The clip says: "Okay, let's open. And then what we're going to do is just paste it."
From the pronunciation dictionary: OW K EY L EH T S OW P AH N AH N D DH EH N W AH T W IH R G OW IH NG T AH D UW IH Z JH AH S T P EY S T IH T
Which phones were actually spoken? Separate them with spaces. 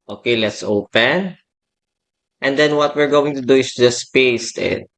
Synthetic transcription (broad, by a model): OW K EY L EH T S OW P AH N AH N D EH N W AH T W IH R G OW IH NG T AH D UW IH S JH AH S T P EY S T IH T